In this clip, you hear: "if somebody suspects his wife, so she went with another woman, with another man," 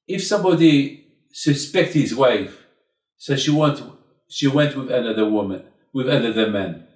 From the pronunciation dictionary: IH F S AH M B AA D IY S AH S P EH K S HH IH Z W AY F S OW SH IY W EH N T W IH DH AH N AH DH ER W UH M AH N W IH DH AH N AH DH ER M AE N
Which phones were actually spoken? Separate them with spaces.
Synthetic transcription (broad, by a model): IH F S AH M B AA D IY S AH S P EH K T HH IH Z W AY F S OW SH IY W EH N T W IH DH AH N AH DH ER W UH M AH N W IH DH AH N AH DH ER M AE N